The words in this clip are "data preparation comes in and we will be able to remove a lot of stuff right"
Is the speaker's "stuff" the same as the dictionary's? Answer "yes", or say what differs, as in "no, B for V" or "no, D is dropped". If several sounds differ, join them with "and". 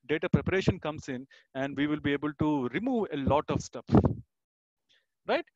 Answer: no, P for F